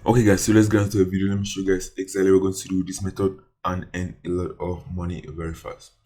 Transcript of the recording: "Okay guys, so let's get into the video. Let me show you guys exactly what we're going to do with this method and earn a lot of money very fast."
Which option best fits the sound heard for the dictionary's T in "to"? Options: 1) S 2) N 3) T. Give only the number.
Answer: 1